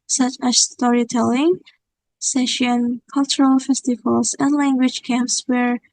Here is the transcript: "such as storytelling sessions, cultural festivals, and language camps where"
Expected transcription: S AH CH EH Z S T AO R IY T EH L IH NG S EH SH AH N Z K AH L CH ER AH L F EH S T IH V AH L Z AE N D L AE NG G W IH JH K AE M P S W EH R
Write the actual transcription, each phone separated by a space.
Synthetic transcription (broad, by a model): S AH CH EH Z S T AO R IY T EH L IH NG S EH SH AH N K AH L CH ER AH L F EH S T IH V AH L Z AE N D L AE NG G W IH JH K AE M P S W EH R